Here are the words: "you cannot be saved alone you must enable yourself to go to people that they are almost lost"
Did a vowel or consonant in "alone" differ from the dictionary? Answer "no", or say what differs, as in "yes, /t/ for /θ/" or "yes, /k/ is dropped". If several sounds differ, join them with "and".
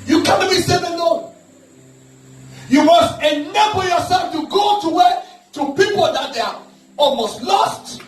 yes, /n/ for /l/